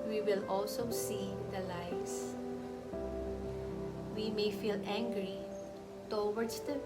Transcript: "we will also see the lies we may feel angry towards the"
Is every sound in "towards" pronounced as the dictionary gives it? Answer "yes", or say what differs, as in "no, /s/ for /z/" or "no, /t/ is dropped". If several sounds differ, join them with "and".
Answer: no, /w/ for /ɹ/